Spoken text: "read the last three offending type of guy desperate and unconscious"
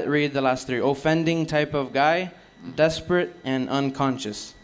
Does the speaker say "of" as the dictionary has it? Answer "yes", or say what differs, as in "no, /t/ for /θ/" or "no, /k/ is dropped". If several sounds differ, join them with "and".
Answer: yes